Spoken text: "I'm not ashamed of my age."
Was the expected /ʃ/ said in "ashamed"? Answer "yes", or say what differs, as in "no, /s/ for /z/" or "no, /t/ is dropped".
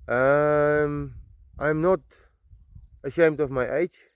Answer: yes